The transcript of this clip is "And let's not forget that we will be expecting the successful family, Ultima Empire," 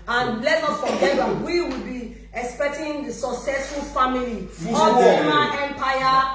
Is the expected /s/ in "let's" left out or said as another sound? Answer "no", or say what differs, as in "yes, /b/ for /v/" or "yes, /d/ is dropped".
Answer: yes, /s/ is dropped